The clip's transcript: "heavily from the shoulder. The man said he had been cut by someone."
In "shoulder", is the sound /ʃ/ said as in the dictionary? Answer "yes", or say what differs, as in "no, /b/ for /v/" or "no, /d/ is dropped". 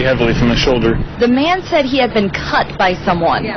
yes